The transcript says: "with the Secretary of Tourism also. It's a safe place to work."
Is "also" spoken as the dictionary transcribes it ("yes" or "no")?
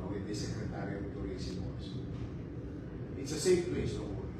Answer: no